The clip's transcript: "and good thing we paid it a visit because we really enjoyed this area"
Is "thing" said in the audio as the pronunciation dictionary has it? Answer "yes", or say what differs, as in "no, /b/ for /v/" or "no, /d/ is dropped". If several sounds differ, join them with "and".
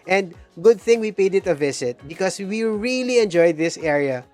yes